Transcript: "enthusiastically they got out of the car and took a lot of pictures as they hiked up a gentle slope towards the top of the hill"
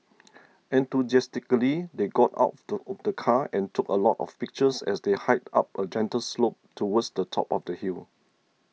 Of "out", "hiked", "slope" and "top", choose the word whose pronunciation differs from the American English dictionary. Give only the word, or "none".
hiked